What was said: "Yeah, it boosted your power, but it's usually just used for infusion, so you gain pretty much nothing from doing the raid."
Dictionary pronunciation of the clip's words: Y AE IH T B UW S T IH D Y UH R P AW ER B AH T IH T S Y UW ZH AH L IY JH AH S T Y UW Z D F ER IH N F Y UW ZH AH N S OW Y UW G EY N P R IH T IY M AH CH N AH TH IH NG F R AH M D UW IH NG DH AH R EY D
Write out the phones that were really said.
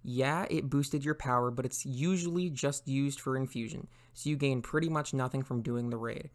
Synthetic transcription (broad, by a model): Y AE IH T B UW S T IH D Y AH R P AW ER B AH T IH T S Y UW ZH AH L IY JH AH S T Y UW Z D F ER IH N F Y UW ZH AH N S OW Y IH G EY N P R IH T IY M AH CH N AH TH IH NG F R AH M D UW IH NG DH AH R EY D